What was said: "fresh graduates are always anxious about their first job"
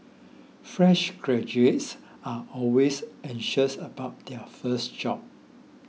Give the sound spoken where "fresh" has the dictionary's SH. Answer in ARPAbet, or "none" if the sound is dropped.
SH